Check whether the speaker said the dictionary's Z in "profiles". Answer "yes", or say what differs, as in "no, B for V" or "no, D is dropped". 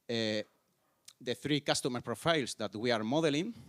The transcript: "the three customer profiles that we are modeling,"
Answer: no, S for Z